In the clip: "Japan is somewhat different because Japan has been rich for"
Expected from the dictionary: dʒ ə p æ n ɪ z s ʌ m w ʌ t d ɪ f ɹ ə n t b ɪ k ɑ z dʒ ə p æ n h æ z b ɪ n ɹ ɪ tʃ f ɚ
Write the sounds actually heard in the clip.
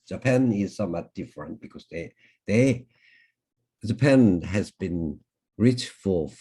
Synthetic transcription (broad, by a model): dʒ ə p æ n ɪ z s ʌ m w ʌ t d ɪ f ɹ ə n t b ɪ k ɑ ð dʒ ə p æ n h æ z b ɪ n ɹ ɪ tʃ f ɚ